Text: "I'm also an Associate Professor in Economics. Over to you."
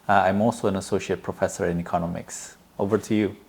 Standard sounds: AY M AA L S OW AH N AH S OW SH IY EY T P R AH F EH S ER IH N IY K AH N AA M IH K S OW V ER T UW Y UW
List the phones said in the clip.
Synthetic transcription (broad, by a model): AY M AA L S OW AH N AH S OW SH IY EY T P R AH F EH S ER IH N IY K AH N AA M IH K S OW V ER T UW Y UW